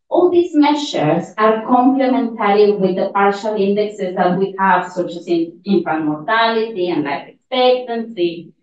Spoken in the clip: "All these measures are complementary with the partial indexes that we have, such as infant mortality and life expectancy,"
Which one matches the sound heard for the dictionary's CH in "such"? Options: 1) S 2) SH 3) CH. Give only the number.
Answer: 1